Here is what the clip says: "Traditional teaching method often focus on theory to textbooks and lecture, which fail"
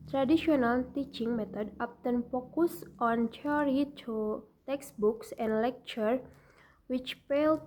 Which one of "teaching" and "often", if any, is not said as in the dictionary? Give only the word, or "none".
often